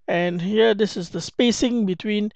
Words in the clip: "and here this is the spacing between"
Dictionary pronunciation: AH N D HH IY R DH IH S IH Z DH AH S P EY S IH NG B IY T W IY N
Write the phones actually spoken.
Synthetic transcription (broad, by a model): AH N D HH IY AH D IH S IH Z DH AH S P EY S IH NG B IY T W IY N